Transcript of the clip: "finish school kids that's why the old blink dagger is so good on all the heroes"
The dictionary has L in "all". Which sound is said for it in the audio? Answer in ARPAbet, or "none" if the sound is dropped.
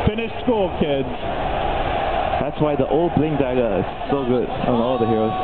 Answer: N